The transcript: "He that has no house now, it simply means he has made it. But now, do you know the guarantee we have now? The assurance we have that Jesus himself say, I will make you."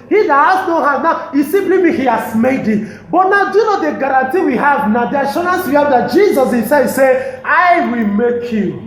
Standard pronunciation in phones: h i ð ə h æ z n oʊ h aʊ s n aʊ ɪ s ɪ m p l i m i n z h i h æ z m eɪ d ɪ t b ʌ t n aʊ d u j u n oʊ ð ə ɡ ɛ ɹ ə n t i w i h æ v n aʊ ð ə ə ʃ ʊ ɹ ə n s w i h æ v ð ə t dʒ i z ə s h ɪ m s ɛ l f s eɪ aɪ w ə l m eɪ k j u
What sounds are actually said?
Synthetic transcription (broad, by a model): h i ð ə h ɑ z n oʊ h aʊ n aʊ ɪ s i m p l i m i h i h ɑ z m eɪ d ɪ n b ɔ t n aʊ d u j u n oʊ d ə ɡ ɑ ɹ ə n t i w i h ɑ v n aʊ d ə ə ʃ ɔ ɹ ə n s w i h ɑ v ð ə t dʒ i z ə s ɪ s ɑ s eɪ aɪ w ə l m eɪ k j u